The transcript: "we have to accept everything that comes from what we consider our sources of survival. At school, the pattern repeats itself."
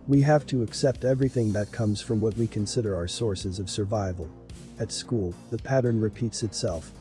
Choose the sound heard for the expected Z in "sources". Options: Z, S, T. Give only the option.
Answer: Z